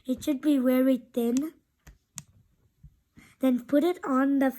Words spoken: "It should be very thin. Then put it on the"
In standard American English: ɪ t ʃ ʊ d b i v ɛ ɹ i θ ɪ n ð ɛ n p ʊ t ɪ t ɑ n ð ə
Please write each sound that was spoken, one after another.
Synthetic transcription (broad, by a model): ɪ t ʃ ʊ d b i w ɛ ɹ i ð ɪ n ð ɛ n p ʊ t ɪ t ɑ n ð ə